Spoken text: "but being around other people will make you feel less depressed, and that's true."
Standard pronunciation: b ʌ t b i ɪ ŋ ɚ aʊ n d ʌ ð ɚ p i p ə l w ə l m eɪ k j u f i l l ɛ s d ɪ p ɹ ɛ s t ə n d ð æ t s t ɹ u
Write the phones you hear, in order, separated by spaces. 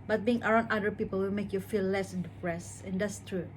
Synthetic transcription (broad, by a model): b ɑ t b i ɪ ŋ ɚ aʊ n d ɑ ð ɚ p i p ə l w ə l m eɪ k j u f i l l ɛ s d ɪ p ɹ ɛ s ə n d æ t s t ɹ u